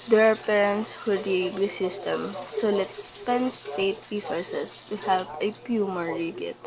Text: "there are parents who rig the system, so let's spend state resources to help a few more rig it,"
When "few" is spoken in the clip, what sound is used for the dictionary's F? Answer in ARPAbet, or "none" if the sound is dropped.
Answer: P